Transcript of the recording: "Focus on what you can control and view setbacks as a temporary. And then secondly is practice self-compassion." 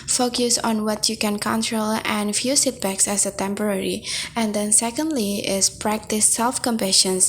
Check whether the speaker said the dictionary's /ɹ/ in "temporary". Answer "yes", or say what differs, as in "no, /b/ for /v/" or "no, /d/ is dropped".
yes